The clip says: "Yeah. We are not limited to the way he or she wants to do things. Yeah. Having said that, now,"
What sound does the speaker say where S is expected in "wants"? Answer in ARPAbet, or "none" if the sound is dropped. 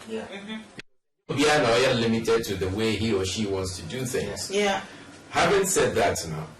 S